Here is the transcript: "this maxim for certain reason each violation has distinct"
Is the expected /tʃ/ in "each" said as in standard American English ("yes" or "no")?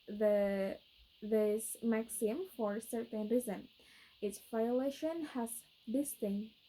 no